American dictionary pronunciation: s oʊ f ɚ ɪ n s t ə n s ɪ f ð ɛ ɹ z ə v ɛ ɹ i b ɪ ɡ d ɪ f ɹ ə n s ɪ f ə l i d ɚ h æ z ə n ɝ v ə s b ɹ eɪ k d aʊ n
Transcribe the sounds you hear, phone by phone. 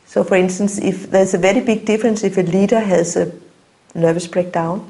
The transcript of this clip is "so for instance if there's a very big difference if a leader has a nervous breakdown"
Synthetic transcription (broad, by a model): s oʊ f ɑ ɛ n s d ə n s ɪ f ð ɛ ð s ə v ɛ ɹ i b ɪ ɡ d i f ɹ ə n s ɪ f ə l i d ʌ h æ s ə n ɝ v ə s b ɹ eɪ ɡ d aʊ n